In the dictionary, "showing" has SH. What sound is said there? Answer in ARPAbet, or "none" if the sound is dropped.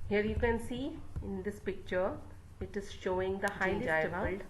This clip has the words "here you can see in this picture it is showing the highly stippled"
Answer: SH